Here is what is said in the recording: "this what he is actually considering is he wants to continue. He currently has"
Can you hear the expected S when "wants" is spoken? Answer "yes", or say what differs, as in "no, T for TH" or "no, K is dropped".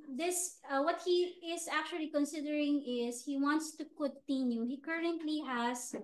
yes